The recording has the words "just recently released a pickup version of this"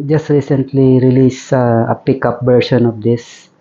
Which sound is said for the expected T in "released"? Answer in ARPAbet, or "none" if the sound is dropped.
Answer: none